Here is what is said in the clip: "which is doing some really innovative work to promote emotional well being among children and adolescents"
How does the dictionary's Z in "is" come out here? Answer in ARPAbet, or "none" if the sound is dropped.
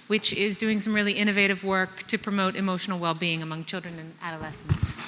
Z